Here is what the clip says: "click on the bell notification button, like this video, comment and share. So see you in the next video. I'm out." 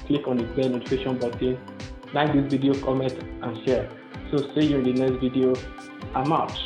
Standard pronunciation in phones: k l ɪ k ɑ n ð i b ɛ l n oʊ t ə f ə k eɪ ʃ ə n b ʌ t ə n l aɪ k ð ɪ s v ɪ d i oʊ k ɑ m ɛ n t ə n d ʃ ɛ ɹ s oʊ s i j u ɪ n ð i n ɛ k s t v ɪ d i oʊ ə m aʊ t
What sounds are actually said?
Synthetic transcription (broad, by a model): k l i k ɑ n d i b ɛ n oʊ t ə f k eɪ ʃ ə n b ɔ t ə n n aɪ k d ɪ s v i d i oʊ k ɑ m ɛ n t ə n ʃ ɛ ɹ s oʊ s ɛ j u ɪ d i n ɛ k s t v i d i oʊ ə m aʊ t